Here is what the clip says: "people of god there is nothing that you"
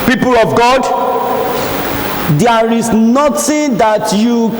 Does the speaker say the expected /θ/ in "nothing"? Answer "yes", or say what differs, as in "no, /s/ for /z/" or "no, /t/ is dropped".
no, /t/ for /θ/